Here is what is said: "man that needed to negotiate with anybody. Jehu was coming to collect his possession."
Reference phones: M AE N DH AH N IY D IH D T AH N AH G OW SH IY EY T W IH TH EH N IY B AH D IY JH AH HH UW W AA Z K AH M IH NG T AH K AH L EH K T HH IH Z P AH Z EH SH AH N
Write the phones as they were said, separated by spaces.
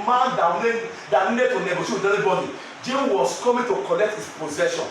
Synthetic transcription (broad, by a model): M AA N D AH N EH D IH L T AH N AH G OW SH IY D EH L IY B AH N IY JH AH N W AA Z K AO M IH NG T AH K AH L EH K T HH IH S P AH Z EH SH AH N